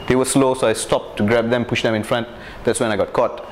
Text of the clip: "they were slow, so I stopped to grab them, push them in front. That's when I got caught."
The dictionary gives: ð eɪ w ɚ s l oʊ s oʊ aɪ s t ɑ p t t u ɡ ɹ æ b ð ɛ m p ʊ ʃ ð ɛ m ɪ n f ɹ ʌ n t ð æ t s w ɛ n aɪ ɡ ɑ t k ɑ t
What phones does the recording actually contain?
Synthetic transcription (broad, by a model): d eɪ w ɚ s l oʊ s oʊ aɪ s t ɑ p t t u ɡ ɹ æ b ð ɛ m p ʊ ʃ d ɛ m ɪ n f ɹ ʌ n t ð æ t s w ɛ n aɪ ɡ ɑ t k ɑ t